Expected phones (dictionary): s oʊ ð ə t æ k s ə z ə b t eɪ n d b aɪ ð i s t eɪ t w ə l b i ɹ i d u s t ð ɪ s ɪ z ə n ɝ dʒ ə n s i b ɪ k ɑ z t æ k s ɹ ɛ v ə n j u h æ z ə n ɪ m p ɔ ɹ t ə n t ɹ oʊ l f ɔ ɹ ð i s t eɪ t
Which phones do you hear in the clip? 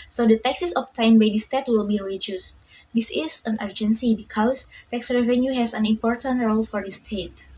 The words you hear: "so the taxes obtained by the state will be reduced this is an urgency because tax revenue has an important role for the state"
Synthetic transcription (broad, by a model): s oʊ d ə t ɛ k s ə s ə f t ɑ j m b aɪ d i s t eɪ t w ə l b i ɹ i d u s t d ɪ s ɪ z ə n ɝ dʒ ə n s i b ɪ k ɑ s t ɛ k s ɹ ɛ v ə n j u h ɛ s ə n ɪ m p ɔ ɹ t ə n t ɹ oʊ l f ɔ ɹ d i s t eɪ t